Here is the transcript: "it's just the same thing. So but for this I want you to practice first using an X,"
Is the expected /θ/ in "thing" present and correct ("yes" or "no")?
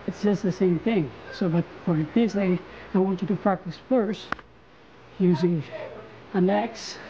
yes